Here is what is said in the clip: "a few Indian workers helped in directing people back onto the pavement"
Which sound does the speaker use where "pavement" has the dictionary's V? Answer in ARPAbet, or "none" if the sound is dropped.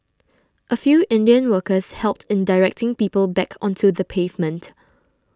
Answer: V